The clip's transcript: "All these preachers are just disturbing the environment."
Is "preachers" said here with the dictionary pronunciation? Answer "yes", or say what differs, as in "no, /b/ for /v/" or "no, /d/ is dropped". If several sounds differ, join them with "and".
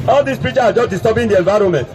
no, /z/ is dropped